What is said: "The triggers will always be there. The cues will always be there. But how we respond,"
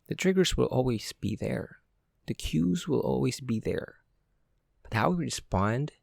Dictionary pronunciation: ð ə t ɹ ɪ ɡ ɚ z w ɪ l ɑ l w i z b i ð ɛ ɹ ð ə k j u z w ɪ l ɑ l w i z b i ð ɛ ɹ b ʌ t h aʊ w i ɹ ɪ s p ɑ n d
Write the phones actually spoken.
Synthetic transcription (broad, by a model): ð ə t ɹ ɪ ɡ ɚ z w ɪ l ɑ l w i z b i ð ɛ ɹ ð ə k j u z w ɪ l ɑ l w i z b i ð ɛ ɹ b ʌ t h aʊ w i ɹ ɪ s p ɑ n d